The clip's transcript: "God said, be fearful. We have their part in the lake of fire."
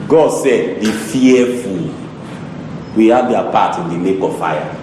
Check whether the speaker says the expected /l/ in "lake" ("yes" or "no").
no